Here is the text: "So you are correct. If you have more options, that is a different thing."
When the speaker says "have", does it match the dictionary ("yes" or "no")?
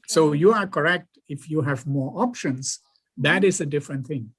yes